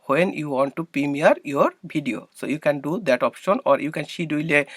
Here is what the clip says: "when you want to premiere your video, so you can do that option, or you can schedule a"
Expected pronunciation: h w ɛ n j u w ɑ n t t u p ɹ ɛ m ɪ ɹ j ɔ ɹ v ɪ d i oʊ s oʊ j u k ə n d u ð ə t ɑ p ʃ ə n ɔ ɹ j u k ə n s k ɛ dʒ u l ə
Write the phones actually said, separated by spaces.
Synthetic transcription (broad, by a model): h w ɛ n j u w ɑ n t t u p ɹ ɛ m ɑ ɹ j ɔ ɹ b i d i oʊ s oʊ j u k ə n d u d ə t ɑ p ʃ ə n ɔ ɹ j u k ə n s i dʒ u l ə